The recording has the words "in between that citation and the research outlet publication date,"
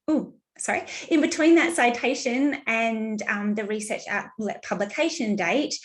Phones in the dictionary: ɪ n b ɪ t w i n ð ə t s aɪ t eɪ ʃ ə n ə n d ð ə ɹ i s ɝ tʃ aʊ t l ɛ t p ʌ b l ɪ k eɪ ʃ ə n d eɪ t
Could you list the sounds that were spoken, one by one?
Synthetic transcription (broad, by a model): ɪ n b ɪ t w i n ð ə t s aɪ t eɪ ʃ ə n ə n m ð ə ɹ i s ɝ tʃ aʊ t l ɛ p ʌ b l ɪ k eɪ ʃ ə n d eɪ t